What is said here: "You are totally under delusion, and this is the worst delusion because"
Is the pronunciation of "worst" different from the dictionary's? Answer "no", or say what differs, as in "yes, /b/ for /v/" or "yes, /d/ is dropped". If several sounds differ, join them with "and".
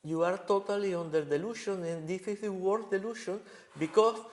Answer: yes, /s/ is dropped